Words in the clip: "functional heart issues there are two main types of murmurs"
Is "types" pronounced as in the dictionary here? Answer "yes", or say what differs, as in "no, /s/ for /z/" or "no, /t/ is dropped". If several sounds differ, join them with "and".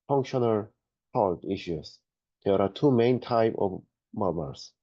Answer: no, /s/ is dropped